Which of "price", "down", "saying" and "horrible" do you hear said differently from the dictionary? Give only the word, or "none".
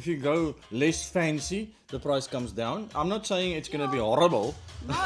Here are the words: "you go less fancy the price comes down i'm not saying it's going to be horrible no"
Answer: none